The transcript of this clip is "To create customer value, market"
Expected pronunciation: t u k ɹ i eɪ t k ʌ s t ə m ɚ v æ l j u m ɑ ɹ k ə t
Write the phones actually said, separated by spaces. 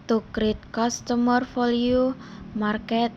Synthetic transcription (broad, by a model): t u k ɹ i t k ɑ s t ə m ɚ f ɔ l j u m ɑ ɹ k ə t